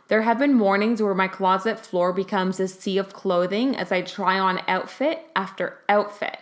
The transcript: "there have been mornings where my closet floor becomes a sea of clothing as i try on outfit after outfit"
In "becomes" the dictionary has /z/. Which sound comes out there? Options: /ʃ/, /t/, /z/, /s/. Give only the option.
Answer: /z/